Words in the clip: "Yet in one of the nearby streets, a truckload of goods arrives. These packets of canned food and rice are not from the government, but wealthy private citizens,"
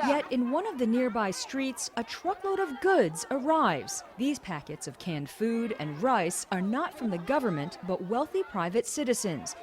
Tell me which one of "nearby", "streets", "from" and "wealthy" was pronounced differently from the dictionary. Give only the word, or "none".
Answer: none